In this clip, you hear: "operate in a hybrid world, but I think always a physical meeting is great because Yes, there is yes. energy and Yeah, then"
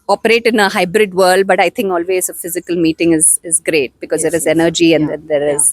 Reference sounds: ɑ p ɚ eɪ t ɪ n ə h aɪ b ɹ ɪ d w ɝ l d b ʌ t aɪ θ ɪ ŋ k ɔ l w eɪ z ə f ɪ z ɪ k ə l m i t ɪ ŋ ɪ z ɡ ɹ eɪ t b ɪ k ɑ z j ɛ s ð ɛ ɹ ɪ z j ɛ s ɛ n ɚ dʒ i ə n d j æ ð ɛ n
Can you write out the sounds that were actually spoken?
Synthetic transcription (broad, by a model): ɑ p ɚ eɪ t ɪ n ə h aɪ b ɹ ɪ d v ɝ l d b ʌ t aɪ t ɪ ŋ k ɔ l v eɪ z ə f ɪ z ɪ k ə l m i t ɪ ŋ ɪ z ɡ ɹ eɪ t b ɪ k ɑ z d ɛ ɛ ɹ ɪ z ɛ ɛ n ɚ dʒ i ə n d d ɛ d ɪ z